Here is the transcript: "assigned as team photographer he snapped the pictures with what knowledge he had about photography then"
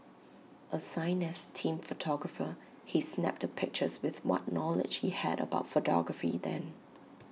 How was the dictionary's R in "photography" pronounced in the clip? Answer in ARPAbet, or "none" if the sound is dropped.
R